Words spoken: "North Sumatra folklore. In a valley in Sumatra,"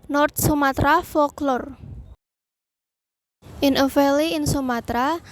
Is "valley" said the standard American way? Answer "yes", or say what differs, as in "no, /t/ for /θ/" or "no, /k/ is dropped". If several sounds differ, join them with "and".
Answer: no, /f/ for /v/